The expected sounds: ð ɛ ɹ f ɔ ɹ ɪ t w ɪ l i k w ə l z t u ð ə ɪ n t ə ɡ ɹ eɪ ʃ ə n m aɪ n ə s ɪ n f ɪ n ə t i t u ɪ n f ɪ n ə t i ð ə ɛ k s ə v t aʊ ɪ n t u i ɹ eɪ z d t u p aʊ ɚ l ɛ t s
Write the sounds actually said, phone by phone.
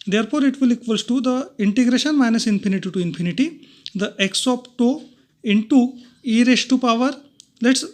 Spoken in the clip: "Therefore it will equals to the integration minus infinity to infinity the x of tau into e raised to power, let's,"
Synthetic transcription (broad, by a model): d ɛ ɹ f ɔ ɹ ɪ t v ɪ l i k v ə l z t u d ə ɪ n t ə ɡ ɹ eɪ ʃ ə n m aɪ n ə s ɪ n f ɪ n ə t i t u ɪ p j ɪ n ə t i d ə ɛ k s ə p t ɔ ɪ n t u i ɹ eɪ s t u p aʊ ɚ l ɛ t s